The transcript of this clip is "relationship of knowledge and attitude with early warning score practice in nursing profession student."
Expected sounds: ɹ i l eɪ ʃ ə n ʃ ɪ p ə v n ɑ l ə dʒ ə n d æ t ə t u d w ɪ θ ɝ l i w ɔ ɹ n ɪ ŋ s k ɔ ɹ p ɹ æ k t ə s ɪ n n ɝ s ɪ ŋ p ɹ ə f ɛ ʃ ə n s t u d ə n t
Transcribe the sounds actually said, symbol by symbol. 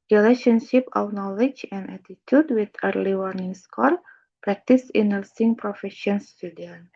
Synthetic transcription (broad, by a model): ɹ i l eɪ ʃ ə n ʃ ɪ p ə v n ɑ l ə dʒ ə n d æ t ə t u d w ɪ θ ɝ l i w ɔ ɹ n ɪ ŋ s k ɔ l p ɹ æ k t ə s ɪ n n ɝ s ɪ ŋ p ɹ ə f ɛ ʃ ə n s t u d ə n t